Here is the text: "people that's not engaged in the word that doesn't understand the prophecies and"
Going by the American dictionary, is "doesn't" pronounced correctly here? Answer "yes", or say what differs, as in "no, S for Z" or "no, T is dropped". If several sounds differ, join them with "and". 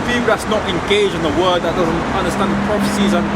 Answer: yes